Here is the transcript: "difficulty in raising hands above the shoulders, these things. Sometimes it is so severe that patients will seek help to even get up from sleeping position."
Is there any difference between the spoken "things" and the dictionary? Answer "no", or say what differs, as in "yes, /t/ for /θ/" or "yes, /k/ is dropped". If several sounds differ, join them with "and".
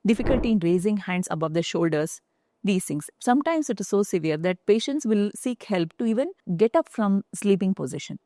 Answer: yes, /t/ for /θ/